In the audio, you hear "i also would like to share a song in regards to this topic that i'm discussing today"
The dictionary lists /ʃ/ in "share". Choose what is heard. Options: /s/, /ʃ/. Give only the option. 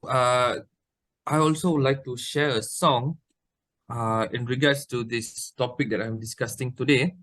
/ʃ/